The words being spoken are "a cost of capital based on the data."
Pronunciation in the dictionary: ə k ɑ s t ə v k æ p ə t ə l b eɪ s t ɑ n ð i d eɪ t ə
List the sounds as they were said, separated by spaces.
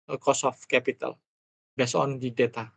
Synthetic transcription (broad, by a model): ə k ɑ s ə f k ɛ p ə t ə l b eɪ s ɑ n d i d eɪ t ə